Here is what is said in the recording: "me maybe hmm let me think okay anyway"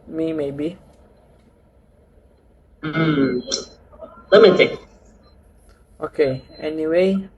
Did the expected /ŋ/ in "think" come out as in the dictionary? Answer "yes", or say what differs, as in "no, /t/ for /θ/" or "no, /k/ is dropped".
no, /ŋ/ is dropped